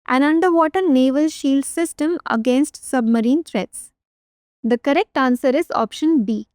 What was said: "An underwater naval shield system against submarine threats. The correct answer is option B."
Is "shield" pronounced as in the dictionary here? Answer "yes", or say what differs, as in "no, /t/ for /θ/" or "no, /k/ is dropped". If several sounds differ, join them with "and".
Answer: yes